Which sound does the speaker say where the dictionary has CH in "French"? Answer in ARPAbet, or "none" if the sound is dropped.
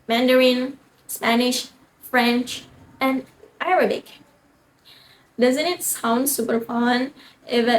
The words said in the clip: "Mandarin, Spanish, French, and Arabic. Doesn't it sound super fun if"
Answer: CH